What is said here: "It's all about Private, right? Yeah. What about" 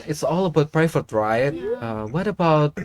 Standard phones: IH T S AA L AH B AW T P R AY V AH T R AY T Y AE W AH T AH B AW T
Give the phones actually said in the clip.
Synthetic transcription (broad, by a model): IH T S AA L AH B AW T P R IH F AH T R AY T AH W AH T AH B AW T